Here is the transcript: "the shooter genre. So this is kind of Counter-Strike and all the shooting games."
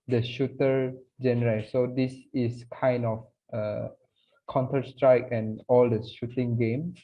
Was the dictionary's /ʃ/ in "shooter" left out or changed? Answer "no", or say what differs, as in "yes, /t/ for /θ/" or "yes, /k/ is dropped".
no